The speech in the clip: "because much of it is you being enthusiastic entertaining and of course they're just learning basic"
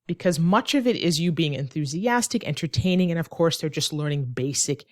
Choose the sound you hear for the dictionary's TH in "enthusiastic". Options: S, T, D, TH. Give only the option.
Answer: TH